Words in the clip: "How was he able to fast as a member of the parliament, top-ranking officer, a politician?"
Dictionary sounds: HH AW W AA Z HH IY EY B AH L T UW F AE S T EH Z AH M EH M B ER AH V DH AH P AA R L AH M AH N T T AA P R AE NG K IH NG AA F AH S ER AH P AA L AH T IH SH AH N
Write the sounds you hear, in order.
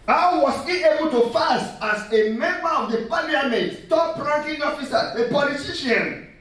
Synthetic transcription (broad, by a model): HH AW W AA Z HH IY EY B AH L T UW F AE S T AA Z AH M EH M B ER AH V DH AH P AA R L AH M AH T T AA P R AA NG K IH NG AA F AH S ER AH P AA L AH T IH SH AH N